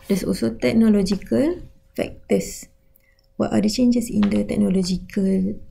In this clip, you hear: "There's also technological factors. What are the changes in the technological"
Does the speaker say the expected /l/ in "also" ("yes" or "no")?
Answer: no